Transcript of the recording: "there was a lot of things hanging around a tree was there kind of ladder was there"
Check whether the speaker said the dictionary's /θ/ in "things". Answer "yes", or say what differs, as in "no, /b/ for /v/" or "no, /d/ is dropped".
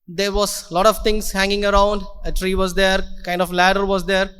no, /t/ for /θ/